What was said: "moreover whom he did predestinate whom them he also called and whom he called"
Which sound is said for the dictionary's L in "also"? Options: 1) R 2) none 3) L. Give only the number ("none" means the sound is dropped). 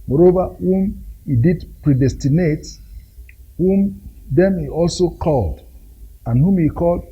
3